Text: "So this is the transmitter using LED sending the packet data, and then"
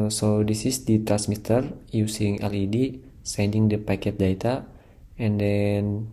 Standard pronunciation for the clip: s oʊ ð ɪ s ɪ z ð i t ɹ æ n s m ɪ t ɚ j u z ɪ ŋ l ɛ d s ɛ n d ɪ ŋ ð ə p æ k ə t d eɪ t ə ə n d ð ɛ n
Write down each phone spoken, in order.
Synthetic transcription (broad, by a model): s oʊ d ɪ s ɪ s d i t ɹ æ n s m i t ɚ j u s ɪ ŋ l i d s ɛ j d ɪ ŋ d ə p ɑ k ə t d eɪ t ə ə n d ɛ n